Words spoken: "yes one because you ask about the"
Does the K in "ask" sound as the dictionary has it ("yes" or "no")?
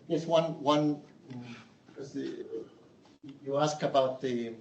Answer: yes